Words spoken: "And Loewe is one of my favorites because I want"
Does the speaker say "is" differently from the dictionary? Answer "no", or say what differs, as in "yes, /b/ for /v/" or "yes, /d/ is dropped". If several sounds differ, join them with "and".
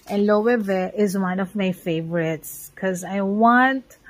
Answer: no